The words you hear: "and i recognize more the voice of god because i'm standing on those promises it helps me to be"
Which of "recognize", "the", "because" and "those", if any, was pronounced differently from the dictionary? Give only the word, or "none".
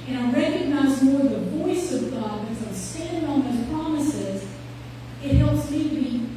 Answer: because